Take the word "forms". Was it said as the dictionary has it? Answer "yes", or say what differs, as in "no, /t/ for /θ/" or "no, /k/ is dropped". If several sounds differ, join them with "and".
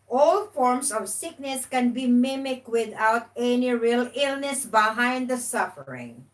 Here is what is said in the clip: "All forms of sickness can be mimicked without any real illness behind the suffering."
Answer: no, /s/ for /z/